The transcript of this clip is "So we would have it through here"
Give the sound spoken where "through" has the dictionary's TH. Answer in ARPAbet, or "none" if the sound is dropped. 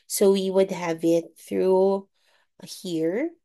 TH